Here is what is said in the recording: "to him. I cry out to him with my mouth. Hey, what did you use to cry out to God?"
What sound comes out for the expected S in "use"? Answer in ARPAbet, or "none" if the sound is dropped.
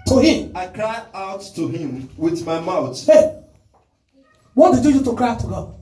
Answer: none